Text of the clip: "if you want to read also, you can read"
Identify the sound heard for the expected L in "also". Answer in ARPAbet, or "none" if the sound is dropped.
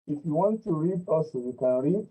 none